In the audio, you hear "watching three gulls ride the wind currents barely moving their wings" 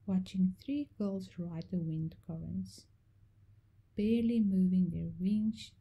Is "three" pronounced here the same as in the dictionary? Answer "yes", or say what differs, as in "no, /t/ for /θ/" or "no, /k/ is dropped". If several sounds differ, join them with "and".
yes